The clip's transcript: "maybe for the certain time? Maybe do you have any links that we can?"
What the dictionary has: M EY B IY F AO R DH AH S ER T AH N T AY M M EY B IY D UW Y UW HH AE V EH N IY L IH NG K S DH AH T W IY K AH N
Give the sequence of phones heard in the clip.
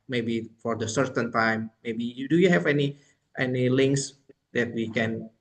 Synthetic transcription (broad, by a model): M EY B IY F AO R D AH S ER T AH N T AY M M EY B IY D UW Y UW HH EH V EH N IY L IH NG K S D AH T W IY K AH N